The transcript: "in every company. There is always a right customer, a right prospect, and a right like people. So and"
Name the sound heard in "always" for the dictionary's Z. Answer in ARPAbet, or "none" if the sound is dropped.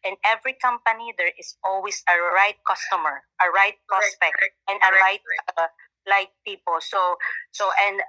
S